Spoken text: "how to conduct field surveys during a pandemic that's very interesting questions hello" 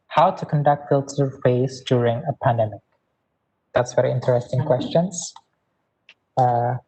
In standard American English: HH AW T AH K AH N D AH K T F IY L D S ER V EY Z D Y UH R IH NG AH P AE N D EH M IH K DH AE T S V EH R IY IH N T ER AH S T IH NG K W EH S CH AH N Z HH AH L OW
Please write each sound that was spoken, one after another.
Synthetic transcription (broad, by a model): HH AW T AH K AH N D AH K T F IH L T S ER EY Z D Y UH R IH NG AH P AE N D EH M IH K DH AE T S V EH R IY IH N T ER AH S T IH NG K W EH S CH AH N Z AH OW